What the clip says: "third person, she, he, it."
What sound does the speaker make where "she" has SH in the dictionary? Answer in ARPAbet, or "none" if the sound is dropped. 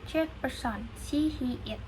S